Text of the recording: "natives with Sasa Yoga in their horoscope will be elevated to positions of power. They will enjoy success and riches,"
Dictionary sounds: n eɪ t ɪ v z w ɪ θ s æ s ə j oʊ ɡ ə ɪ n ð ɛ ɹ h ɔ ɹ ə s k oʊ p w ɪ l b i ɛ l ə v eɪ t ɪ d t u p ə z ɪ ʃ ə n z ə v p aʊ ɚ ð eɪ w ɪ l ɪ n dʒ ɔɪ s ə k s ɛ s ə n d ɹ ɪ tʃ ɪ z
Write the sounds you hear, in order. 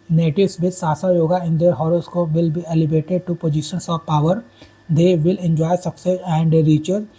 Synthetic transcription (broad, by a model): n eɪ t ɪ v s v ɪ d s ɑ s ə j oʊ ɡ ə ɪ n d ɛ ɹ h ɔ ɹ ə s k oʊ p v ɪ l b i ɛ l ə b eɪ t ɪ d t u p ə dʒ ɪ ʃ ə n s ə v p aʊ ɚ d eɪ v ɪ l ɪ n dʒ ɔɪ s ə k s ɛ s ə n d ɹ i tʃ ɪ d